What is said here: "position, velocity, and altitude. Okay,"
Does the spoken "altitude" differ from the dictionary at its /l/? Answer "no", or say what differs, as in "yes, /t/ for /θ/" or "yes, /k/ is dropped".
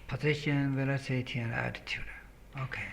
yes, /l/ is dropped